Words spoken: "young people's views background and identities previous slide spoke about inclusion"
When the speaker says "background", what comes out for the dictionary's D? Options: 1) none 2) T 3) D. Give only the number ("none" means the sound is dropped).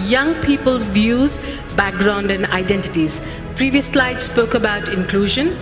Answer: 3